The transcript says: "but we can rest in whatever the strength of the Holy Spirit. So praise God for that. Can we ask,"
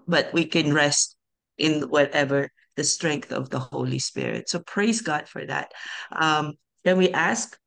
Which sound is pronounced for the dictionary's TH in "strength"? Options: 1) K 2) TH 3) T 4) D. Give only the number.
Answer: 2